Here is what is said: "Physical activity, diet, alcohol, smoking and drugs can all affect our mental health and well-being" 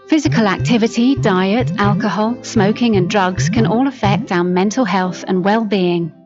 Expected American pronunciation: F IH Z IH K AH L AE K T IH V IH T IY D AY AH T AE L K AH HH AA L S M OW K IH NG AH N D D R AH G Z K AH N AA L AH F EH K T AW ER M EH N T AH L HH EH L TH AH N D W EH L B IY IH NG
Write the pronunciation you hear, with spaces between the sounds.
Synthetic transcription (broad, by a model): F IH Z IH K AH L AE K T IH V IH T IY D AY AH T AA L K AH HH AA L S M OW K IH NG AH N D D R AH G Z K AH N AA L AH F EH K T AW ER M EH N T AH L HH EH L TH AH N W EH L B IY IH NG